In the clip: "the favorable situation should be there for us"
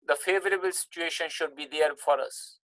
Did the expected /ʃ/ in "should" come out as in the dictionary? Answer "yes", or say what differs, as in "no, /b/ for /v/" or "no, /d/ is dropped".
yes